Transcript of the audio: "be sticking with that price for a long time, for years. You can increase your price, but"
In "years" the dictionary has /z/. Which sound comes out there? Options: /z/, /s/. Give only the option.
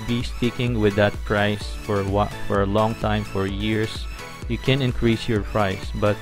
/s/